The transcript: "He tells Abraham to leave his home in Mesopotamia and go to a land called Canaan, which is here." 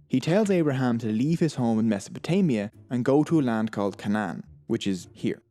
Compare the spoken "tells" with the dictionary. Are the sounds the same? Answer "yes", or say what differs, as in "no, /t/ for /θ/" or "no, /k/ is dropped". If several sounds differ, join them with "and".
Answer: yes